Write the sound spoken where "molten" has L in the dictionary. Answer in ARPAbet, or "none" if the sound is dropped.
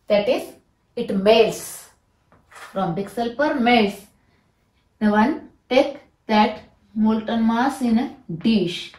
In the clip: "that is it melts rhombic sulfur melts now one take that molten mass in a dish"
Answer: L